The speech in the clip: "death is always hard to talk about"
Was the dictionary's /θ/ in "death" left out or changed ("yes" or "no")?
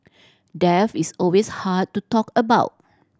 yes